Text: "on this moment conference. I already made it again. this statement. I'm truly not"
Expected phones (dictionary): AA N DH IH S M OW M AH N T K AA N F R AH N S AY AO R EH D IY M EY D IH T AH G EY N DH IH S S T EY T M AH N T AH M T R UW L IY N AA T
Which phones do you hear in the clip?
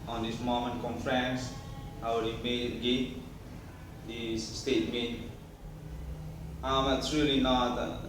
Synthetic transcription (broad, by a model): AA N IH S M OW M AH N K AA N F R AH N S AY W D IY M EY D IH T G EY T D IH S S T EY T M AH T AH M T R UW L IY N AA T